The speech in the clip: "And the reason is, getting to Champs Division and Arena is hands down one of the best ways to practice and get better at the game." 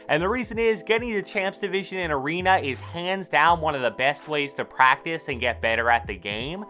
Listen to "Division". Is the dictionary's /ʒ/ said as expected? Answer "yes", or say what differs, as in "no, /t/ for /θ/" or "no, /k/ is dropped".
yes